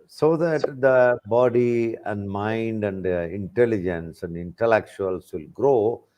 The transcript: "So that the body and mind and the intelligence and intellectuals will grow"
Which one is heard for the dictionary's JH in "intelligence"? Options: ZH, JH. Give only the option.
JH